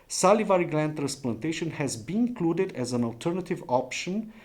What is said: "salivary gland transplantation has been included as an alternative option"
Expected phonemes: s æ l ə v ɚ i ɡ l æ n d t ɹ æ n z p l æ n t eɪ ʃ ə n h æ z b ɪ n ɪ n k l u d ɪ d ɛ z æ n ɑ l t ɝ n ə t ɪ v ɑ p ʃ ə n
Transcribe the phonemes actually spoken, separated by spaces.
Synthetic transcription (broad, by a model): s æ l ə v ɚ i ɡ l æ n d t ɹ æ n s p l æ n t eɪ ʃ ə n h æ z b ɪ n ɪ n k l u d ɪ d ɛ z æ n ɑ l t ɝ n ə t ɪ v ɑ p ʃ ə n